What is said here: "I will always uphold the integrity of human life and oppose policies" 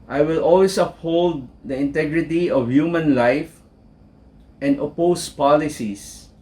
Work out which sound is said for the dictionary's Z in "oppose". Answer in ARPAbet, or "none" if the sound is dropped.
S